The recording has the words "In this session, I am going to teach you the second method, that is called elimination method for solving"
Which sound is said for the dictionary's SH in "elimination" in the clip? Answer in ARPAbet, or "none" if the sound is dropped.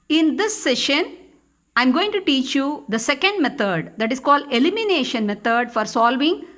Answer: SH